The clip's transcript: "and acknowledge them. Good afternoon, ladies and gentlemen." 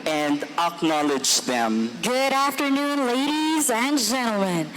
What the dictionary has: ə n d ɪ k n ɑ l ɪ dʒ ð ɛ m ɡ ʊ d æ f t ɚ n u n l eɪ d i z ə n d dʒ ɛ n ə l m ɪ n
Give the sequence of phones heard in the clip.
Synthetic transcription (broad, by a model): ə n d ɪ k n ɑ l ɪ dʒ ð ɛ m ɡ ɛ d æ f t ɚ n u n l eɪ d i z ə n dʒ ɛ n l m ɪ n